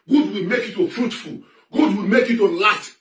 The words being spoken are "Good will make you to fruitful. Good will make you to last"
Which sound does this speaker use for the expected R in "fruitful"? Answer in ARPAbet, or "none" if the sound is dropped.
R